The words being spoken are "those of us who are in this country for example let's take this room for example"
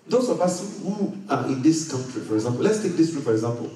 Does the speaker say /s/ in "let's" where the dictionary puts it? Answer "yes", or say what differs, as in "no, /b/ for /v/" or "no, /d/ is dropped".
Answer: yes